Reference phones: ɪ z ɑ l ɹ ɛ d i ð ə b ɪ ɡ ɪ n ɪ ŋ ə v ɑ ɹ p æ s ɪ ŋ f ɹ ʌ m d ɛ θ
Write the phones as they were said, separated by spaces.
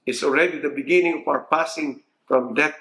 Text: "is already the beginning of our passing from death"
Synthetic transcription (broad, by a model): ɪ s ɑ l ɹ ɛ d i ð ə b ɪ ɡ ɪ n ɪ ŋ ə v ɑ w p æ s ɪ ŋ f ɹ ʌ m d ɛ